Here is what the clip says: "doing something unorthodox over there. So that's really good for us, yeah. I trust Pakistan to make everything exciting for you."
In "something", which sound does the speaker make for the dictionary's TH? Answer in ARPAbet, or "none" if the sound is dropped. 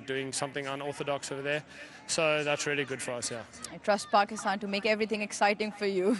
TH